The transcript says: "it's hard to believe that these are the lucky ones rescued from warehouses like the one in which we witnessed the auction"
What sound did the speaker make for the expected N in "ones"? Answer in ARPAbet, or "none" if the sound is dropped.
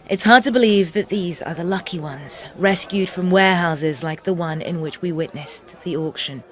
N